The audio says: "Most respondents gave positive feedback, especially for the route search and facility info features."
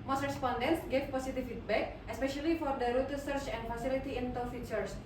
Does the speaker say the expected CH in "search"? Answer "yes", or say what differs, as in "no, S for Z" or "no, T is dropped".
yes